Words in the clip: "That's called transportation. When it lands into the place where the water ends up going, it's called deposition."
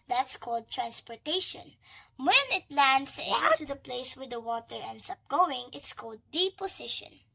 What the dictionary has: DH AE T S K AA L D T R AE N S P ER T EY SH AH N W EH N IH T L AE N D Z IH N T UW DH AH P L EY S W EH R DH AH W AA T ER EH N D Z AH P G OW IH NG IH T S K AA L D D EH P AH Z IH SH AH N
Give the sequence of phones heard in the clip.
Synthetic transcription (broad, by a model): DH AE T S K AA L D T R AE N S P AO T EY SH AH N W EH N IH T L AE N D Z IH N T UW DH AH P L EY S W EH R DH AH W AA T ER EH N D S AH P G OW IH NG IH T S K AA L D D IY P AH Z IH SH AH N